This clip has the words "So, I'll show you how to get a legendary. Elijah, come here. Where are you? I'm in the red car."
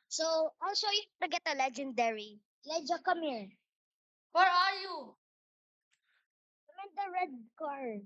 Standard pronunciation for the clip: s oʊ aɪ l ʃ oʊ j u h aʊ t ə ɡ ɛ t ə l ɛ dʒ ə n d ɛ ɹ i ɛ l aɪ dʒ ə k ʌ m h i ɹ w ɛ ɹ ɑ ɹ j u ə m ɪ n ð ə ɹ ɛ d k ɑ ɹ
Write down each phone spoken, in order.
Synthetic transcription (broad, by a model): s oʊ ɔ l s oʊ j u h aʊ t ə ɡ ɛ t ə l ɛ dʒ ə n d ɛ ɹ i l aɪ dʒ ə k ʌ m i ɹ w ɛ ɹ ɑ ɹ j u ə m ɪ n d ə ɹ ɛ d k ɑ ɹ